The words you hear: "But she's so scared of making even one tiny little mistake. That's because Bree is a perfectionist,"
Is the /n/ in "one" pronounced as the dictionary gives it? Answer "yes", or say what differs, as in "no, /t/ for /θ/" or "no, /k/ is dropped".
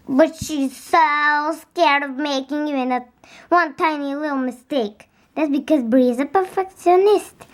yes